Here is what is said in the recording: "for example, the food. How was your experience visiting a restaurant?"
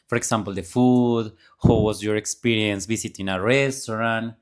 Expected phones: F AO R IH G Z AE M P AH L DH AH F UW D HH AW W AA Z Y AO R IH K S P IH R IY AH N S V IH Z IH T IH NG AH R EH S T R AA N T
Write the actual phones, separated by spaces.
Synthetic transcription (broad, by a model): F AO R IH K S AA M P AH L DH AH F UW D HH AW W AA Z Y AO R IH K S P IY R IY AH N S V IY S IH T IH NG AH R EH S T R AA N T